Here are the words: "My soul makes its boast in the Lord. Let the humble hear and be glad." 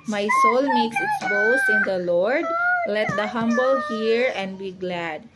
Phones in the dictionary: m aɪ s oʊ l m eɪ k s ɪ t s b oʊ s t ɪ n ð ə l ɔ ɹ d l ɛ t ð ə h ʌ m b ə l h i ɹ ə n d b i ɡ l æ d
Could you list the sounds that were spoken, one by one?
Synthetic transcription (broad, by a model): m aɪ s oʊ l m eɪ k s ɪ t s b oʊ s ɪ n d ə l ɔ ɹ d l ɛ t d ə h ʌ m b ə l h i ɹ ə n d b i ɡ l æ d